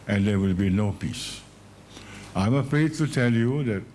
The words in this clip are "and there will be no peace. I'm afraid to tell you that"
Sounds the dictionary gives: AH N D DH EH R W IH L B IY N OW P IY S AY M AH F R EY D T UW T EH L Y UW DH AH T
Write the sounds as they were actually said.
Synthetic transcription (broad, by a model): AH N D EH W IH L B IY N OW P IY S AY M AH F R EY D T UW T EH L Y UW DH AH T